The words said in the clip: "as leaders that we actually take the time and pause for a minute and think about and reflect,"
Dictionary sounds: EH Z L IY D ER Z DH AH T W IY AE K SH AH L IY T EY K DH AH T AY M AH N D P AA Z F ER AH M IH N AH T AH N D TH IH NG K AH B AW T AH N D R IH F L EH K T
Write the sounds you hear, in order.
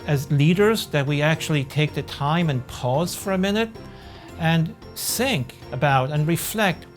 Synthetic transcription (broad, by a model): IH Z L IY D ER Z DH AH T W IY AE K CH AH L IY T EY K DH AH T AY M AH N P AA Z F ER AH M IH N AH T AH N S IH NG K AH B AW T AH N R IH F L EH K T